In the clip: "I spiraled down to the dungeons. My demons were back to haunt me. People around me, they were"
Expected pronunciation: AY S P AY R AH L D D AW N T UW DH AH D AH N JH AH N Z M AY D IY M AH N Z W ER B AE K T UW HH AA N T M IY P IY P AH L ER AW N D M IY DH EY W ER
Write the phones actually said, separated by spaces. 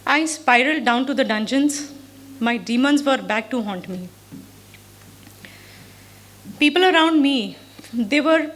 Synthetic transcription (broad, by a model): AY S P AY R AH L D D AW N T UW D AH D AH N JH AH N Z M AY D IY M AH N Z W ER B AE K T UW HH AA N T M IY P IY P AH L ER AW N D M IY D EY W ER